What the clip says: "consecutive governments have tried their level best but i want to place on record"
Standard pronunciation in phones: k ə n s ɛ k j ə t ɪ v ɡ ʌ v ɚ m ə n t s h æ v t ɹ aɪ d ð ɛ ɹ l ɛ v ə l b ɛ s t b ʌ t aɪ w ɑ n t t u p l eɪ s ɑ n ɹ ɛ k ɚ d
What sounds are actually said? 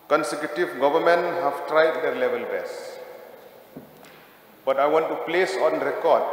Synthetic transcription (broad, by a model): k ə n s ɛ k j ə t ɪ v ɡ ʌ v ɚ m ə n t h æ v t ɹ aɪ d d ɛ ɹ l ɛ v ə l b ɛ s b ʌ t aɪ w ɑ n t t u p l eɪ s ɑ n ɹ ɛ k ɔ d